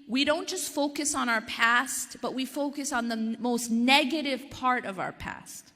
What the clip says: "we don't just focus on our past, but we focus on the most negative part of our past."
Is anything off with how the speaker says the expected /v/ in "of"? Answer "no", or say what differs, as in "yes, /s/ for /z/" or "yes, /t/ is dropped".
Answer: no